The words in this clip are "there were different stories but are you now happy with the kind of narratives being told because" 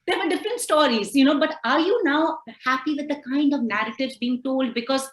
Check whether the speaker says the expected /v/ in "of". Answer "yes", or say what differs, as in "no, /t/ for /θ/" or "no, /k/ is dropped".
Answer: yes